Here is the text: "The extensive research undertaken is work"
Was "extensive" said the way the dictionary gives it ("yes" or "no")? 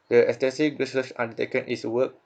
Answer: no